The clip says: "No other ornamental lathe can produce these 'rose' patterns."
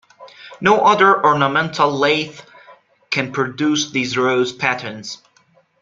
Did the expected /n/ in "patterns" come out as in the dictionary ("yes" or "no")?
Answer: yes